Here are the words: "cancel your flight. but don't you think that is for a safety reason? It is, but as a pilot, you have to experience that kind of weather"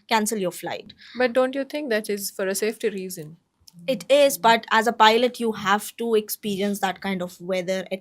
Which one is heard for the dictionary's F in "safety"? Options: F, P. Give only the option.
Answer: F